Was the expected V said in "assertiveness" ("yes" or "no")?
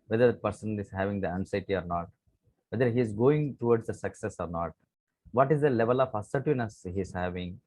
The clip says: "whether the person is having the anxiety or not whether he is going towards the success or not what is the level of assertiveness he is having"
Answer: no